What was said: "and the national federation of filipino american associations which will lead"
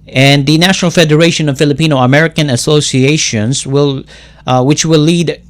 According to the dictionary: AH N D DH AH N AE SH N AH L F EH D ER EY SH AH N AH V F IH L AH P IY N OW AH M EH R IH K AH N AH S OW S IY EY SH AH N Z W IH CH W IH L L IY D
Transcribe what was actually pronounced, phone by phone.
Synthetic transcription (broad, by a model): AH N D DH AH N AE SH N L F EH D ER EY SH AH N AH V F IH L AH P IY N OW AH M EH R IH K AH N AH S OW S IY EY SH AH N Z W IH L W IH W L IY D